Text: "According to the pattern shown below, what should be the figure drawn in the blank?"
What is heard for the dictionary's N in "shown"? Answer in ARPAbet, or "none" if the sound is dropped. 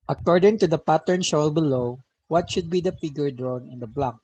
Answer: L